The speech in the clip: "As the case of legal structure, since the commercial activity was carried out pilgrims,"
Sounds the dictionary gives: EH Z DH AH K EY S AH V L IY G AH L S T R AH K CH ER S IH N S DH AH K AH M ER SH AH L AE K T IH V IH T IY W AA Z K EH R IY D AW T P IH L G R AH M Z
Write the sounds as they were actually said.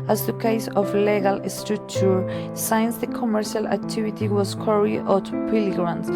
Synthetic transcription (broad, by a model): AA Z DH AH K EY S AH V L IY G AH L S T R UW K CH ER S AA N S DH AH K AH M ER SH AH L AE K T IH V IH T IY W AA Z K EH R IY AO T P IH L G R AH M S